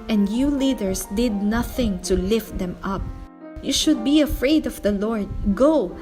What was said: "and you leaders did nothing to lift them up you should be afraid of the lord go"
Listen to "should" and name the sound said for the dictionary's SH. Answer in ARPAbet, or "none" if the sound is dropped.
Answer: SH